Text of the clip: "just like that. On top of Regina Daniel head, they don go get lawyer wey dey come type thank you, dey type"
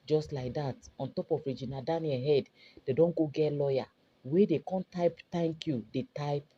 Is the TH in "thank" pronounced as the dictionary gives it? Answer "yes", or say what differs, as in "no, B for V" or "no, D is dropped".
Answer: no, T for TH